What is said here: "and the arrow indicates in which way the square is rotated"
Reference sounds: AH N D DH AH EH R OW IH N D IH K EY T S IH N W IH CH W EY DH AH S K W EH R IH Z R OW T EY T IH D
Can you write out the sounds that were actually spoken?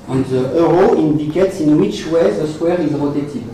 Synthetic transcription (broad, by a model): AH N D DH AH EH R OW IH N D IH K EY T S IH N W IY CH W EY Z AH S W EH R IH Z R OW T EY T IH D